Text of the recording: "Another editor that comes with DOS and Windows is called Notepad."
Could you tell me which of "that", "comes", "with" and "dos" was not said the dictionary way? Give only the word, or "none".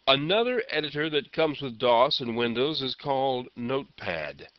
none